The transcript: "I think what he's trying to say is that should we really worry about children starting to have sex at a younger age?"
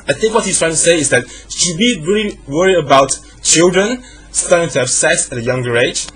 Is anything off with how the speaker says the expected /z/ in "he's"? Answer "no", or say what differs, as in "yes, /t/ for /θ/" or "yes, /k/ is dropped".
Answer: yes, /s/ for /z/